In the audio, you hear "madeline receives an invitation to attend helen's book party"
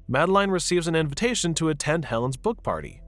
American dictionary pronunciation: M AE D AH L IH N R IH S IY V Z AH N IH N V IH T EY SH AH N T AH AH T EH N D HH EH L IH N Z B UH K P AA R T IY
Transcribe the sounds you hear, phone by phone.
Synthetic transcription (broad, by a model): M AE D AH L IH N R IH S IY V Z AH N IH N V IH T EY SH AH N T AH AH T EH N D HH EH L IH N Z B UH K P AA R T IY